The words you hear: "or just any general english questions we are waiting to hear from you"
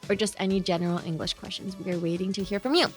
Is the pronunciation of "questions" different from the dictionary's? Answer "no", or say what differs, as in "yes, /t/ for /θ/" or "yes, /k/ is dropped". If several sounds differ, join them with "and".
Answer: no